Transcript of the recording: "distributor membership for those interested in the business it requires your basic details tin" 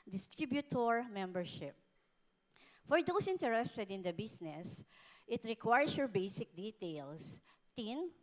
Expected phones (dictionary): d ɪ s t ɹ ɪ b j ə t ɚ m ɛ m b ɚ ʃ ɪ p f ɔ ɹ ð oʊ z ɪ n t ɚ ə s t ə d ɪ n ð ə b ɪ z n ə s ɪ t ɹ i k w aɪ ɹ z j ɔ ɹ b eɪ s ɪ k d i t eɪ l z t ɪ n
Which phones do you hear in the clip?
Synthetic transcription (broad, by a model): d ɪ s t ɹ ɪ b j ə t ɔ m ɛ m b ɚ ʃ ɪ p f ɔ ɹ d oʊ s ɪ n t ɚ ə s t ə d ɪ n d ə b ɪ s n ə s ɪ t ɹ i k w aɪ ɹ s j ɔ ɹ b eɪ s ɪ k d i t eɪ l s t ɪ n